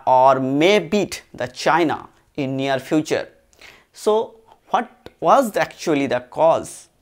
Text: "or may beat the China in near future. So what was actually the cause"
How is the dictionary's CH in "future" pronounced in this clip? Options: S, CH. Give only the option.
CH